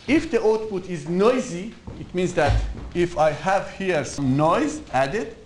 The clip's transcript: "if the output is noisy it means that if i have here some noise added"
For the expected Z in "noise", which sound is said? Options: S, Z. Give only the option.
Z